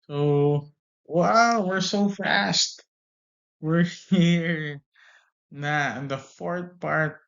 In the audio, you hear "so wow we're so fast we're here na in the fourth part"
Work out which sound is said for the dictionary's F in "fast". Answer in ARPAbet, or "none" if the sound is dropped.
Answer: F